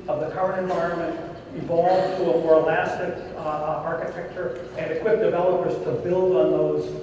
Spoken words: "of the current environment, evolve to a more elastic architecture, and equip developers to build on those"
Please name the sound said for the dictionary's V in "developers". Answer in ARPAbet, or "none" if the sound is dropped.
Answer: V